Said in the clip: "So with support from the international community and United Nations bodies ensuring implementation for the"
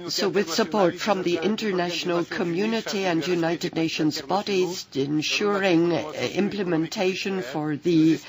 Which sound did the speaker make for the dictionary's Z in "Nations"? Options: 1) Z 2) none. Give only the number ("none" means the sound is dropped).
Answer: 1